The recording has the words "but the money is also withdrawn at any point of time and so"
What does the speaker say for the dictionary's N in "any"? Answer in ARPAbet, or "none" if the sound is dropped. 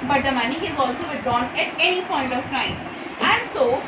L